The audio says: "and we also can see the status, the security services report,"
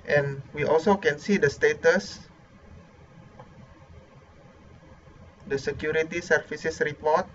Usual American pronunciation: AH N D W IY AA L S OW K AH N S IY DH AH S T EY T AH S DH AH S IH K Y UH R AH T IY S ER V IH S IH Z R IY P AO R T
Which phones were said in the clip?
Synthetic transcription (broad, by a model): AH N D W IY AA L S OW K AH N S IY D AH S T EY T AH S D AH S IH K Y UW R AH T IY S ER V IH S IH S R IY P AO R T